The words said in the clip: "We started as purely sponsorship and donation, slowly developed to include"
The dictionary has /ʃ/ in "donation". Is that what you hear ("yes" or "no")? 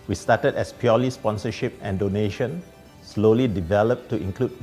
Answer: yes